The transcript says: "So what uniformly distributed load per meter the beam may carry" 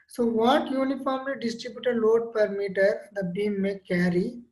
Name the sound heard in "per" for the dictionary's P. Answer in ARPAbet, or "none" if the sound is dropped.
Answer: P